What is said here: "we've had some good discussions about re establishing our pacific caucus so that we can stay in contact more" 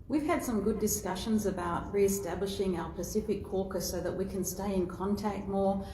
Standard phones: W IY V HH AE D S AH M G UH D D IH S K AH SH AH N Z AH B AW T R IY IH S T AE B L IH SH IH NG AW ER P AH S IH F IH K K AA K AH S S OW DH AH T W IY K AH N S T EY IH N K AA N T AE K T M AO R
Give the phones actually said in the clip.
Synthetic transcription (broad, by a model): W IY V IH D S AH M G UH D D IH S K AH SH AH N Z AH B AW T R IY IH S T AE B L IH SH IH NG AW ER P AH S IH F IH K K AA K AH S S OW DH AH T W IY K AH N S T EY IH N K AA N T AE K T M AO R